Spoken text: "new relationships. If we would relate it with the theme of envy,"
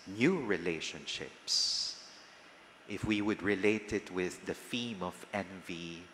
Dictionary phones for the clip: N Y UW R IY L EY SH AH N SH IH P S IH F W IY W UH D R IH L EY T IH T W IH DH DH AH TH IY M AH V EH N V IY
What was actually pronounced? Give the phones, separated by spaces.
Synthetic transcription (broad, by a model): N Y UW R IY L EY SH AH N SH IH P S IH F W IY W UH D R IH L EY T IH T W IH DH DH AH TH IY M AH V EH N V IY